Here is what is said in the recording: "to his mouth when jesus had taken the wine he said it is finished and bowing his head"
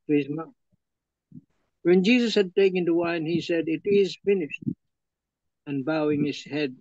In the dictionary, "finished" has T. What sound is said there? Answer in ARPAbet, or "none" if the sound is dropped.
T